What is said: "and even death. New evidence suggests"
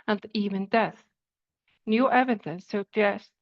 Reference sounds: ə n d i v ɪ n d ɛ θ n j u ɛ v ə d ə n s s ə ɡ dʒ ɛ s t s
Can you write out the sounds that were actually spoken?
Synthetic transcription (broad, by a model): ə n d i v ɪ n d ɛ θ n j u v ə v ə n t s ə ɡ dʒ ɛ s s